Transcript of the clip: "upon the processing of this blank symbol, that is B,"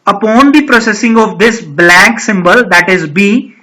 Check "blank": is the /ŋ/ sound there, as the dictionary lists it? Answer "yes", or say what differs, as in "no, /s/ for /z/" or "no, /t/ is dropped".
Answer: no, /ŋ/ is dropped